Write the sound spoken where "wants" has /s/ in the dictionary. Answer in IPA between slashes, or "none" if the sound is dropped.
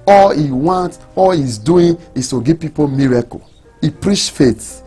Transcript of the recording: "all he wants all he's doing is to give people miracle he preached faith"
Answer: none